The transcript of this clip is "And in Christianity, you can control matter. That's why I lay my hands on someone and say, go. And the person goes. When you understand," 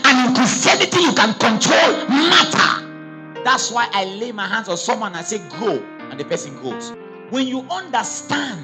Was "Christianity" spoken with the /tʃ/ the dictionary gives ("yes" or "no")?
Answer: no